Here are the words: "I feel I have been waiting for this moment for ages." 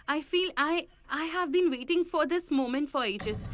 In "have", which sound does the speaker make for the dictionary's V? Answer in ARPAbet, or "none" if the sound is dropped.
V